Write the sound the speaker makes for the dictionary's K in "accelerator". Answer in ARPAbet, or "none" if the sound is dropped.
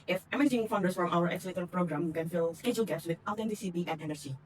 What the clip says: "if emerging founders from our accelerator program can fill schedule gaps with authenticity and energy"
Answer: none